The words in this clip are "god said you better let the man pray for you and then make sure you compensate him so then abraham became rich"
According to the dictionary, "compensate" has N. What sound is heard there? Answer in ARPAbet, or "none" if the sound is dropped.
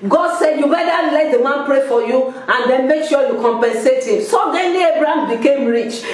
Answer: N